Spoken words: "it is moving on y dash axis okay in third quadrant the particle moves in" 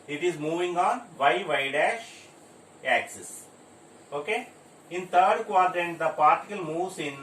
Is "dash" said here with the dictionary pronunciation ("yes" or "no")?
yes